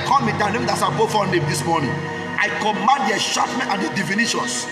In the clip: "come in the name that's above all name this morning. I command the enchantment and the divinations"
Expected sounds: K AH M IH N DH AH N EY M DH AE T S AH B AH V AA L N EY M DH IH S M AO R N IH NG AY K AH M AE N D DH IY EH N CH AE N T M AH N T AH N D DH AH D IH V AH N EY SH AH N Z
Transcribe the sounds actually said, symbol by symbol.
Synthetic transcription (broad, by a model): K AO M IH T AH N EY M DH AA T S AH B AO F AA N EY M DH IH S M AO N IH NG AY K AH M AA N D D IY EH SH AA T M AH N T AH N D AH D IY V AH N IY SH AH N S